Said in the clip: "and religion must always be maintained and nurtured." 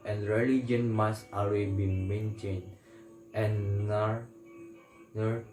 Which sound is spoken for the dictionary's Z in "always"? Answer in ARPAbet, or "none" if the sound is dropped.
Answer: none